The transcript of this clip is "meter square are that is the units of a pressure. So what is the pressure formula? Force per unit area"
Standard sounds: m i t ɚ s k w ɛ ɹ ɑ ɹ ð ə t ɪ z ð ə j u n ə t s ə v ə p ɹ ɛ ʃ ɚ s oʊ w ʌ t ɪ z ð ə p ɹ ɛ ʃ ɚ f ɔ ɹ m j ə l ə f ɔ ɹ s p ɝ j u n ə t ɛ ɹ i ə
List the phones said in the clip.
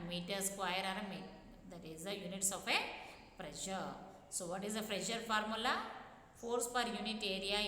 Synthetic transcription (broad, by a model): m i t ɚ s k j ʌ ɹ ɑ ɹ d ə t ɪ z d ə j u n ə t s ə f ə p ɹ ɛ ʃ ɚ s oʊ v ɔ t ɪ z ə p ɹ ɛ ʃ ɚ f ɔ ɹ m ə l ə f ɔ ɹ s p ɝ j u n ə t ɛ ɹ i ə